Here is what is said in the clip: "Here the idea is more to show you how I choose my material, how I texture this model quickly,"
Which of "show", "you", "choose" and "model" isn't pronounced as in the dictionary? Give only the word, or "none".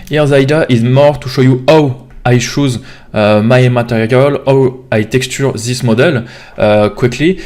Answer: choose